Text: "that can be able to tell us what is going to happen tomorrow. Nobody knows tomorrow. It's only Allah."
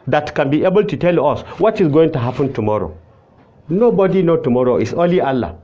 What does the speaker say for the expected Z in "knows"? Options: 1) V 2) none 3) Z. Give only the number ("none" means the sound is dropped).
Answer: 2